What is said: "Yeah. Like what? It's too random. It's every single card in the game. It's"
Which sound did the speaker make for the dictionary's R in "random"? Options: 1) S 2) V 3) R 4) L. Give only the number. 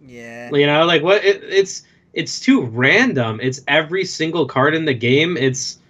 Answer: 3